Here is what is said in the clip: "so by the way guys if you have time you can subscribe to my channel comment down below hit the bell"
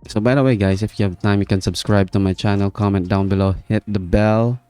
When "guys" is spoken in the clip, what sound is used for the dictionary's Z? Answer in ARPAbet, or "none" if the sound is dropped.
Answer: S